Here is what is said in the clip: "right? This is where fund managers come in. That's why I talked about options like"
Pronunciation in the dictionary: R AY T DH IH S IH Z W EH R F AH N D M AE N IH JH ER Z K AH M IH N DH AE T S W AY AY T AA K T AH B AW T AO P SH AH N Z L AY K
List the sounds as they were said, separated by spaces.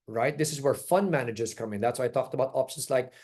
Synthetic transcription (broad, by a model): R AY T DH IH S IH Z W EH R F AH N D M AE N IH JH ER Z K AH M IH N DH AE T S W AY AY T AA K T AH B AW T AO P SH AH N S L AY K